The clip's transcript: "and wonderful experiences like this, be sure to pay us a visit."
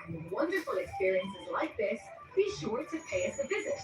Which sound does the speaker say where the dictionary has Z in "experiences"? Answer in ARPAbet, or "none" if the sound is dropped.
Z